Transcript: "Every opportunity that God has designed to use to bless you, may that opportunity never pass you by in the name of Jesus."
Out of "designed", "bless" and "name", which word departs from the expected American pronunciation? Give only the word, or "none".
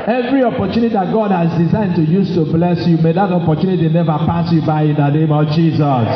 none